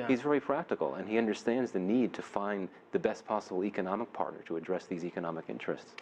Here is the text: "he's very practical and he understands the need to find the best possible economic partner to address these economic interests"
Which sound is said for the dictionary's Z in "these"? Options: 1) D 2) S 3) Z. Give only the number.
3